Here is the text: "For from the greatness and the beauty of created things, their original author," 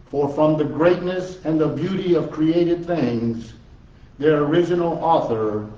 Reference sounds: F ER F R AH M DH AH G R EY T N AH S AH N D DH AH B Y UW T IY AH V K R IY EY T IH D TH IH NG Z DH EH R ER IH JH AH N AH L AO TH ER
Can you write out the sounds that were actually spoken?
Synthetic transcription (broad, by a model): F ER F R AH M DH AH G R EY T N AH S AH N DH AH B Y UW T IY AH V K R IY EY T IH D TH IH NG Z DH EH R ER IH JH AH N L AO TH ER